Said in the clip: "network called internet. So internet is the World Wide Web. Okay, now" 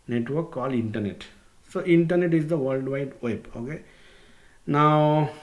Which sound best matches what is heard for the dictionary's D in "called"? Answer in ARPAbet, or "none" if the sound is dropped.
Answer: none